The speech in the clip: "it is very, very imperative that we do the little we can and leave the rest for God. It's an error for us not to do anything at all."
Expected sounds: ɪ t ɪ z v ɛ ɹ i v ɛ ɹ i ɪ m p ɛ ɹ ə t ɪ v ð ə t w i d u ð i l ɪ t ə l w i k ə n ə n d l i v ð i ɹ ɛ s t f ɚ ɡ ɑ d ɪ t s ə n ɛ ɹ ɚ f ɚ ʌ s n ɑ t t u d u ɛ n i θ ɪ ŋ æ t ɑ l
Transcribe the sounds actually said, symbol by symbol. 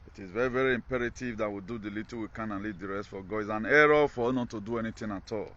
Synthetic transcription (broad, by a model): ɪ t ɪ z v ɛ ɹ i v ɛ ɹ i ɪ m p ɛ ɹ ə t ɪ v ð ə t w i d u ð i l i t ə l w i k ə n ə n l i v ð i ɹ ɛ s t f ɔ ɡ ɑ ɪ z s ə n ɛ ɹ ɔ f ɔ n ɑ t t u d u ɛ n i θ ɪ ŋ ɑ t ɑ l